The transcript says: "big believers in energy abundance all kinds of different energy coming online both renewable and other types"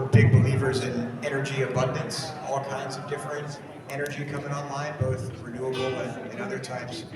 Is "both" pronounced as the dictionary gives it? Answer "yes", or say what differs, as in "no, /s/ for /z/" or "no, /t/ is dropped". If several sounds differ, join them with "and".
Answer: yes